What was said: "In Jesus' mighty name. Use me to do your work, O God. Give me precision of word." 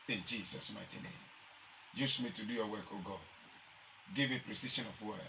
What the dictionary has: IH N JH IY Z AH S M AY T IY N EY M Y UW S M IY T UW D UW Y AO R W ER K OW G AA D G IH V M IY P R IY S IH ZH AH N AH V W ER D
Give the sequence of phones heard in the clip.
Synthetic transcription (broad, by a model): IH N JH IY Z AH S M AY T IY N EY M Y UW S M IY T UW D UW Y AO W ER K OW G AA D G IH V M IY P R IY S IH SH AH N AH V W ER